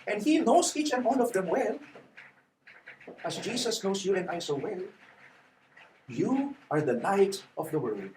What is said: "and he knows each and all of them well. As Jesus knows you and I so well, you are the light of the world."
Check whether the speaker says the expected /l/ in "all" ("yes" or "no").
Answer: no